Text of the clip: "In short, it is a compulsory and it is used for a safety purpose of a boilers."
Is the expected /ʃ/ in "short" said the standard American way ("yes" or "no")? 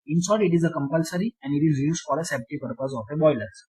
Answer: no